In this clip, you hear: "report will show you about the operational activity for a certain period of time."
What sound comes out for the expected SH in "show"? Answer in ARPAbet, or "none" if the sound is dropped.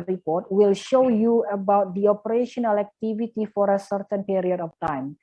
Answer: SH